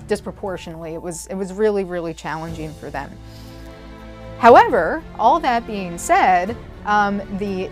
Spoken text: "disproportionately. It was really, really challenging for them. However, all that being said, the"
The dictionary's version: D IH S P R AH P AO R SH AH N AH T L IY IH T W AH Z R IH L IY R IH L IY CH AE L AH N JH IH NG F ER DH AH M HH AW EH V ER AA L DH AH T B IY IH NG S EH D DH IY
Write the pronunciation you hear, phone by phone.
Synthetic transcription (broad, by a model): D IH S P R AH P AO R SH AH N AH T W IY IH T W AH Z R IH L IY R IH L IY CH AE L AH N JH IH NG F ER DH AH M HH AW EH V ER AA L DH AH T B IY IH NG S EH D DH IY